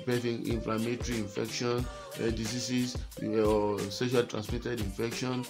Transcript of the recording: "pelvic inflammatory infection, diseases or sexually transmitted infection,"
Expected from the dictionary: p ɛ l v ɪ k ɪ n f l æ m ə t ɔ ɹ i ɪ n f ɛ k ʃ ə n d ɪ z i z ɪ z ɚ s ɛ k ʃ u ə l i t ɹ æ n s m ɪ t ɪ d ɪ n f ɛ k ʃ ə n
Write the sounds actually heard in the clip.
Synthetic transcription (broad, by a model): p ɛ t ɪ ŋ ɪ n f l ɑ m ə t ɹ i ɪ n f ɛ k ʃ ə n d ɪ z i s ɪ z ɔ s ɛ ʃ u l t ɹ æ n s m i t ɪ d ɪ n f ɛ k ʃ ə n